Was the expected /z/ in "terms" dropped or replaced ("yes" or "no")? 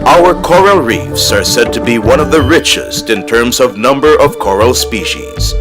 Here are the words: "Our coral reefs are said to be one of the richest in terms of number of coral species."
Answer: no